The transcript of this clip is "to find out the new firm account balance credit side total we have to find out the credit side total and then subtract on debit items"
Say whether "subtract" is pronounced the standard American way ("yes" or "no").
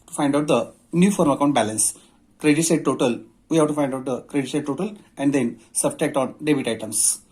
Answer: no